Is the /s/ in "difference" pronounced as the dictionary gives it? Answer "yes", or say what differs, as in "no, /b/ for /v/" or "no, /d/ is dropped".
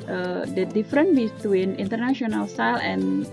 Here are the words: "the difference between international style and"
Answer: no, /s/ is dropped